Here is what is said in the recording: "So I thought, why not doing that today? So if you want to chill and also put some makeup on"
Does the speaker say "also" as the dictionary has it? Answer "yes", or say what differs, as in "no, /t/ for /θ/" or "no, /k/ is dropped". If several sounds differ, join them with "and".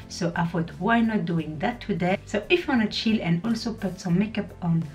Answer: yes